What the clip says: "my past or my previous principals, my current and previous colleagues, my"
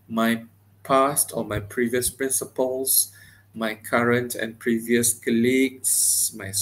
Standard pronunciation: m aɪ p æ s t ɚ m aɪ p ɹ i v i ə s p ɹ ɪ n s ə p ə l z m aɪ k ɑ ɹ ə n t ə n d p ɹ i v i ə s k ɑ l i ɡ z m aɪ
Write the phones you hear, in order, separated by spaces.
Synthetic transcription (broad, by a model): m aɪ p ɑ s t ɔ m aɪ p ɹ i v i ə s p ɹ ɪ n s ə p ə l s m aɪ k ɑ ɹ ə n t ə n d p ɹ i v i ə s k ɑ l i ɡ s m aɪ